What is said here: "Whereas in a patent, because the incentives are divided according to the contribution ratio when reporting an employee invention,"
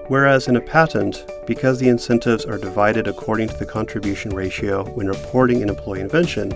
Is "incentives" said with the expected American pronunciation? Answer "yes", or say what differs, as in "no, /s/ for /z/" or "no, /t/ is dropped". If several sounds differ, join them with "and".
yes